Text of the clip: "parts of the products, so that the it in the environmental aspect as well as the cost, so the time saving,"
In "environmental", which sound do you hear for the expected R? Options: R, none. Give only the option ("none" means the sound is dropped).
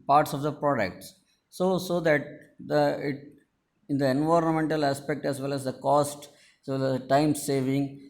R